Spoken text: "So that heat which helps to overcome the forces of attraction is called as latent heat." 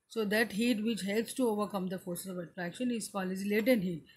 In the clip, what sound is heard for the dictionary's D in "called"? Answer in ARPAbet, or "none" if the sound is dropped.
none